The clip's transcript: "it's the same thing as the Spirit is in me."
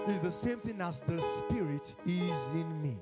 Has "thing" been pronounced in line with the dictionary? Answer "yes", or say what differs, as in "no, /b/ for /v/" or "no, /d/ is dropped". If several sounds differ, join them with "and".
yes